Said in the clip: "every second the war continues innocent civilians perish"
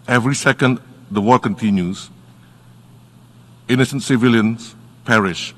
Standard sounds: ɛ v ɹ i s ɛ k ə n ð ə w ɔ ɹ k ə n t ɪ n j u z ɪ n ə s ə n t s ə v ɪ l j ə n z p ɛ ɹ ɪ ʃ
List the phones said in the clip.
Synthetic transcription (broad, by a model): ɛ v ɹ i s ɛ k ə n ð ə w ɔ l k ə n t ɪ n j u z ɪ n ə s ə n t s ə v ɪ l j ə n s p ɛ ɹ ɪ ʃ